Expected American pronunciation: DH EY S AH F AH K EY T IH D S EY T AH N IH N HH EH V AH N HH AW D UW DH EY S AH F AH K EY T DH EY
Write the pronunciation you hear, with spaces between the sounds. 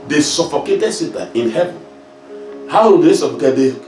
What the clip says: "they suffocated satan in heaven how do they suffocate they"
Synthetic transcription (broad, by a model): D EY S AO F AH K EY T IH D S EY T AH IH N HH EH V AH N HH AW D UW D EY S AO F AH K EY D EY